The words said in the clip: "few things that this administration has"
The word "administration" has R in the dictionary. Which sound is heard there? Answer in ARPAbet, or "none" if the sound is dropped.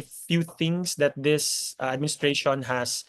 R